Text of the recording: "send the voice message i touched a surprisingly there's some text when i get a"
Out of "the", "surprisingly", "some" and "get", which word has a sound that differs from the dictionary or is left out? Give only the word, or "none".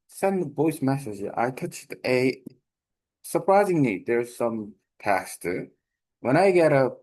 surprisingly